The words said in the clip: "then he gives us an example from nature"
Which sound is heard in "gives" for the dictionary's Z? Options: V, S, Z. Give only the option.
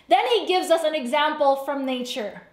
Z